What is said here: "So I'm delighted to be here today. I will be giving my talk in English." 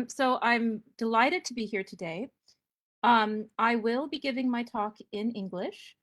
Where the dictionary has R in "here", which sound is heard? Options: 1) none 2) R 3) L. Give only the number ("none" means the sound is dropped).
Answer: 2